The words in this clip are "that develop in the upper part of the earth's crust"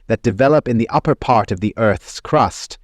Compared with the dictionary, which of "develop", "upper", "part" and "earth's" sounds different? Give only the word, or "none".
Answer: none